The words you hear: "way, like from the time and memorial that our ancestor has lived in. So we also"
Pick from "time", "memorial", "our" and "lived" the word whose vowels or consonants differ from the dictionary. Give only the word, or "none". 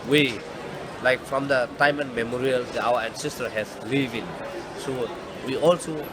lived